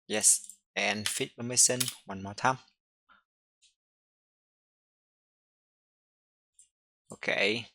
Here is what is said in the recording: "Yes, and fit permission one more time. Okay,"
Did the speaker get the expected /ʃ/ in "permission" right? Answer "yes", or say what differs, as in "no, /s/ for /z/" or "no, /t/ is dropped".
no, /s/ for /ʃ/